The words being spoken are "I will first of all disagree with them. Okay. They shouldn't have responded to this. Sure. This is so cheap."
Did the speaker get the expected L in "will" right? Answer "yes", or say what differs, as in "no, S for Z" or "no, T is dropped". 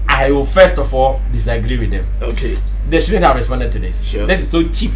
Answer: no, W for L